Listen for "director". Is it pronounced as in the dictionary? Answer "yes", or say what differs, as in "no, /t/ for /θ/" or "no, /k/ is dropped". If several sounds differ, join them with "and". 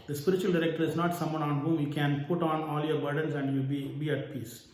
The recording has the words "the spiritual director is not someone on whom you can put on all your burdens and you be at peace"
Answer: yes